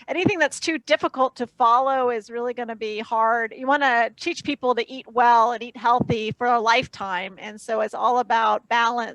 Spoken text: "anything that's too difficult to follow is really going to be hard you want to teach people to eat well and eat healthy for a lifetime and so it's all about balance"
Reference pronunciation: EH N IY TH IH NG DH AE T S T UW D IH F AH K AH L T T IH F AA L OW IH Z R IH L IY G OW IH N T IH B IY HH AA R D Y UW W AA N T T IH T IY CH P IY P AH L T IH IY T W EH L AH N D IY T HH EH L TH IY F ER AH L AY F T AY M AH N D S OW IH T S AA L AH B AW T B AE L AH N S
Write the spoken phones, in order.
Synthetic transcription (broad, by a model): EH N IY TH IH NG DH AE T S T UW D IH F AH K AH L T T IH F AA L OW IH Z R IH L IY G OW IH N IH B IY HH AA R D Y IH W AA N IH T IY CH P IY P L T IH IY T W EH L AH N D IY T HH EH L TH IY F ER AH L AY F T AY M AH N S OW IH T S AA L AH B AW T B AE L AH N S